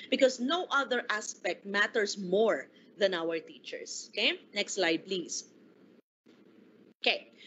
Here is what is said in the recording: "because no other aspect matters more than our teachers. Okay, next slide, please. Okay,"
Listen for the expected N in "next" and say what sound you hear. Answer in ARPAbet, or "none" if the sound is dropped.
N